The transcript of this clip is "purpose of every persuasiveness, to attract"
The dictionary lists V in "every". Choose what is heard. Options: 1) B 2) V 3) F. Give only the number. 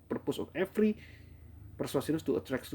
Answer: 3